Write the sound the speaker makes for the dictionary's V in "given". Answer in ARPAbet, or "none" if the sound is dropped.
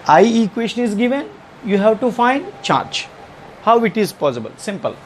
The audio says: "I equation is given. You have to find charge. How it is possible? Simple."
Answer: V